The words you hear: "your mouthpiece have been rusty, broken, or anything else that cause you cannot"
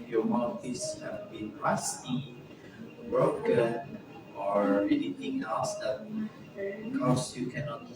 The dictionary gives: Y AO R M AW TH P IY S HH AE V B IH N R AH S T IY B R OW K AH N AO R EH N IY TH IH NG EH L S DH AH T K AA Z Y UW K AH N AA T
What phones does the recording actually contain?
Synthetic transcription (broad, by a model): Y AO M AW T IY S HH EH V B IH N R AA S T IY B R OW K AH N AO R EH L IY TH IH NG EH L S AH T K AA S Y UW K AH N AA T